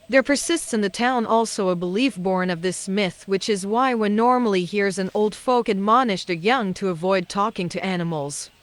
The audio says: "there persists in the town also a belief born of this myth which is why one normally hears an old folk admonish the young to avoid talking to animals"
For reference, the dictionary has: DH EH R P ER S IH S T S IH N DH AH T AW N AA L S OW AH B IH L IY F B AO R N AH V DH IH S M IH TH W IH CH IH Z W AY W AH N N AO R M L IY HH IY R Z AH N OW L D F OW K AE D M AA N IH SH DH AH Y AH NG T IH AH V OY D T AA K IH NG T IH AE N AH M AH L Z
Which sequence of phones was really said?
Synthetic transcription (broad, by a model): DH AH R P ER S IH S T S IH N DH AH T AW N AA L S OW AH B IH L IY F B AO R N AH V DH IH S M IH TH W IH CH IH Z W AY W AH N N AO R M L IY HH IY R Z AH N OW L D F OW K AE D M AA N IH SH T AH Y AH NG T IH AH V OY D T AA K IH NG T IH AE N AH M L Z